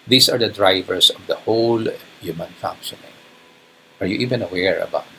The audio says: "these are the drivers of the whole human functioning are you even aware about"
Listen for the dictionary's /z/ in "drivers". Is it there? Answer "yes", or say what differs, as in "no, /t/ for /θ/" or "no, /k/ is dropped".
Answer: no, /s/ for /z/